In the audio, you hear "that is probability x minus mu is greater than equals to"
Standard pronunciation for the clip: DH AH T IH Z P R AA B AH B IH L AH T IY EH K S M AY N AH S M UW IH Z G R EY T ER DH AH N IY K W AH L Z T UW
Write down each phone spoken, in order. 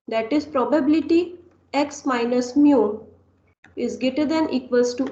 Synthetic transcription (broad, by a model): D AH T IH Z P R AA B AH B IH L AH T IY EH K S M AY N AH S M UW IH Z G EY T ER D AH N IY K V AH L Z T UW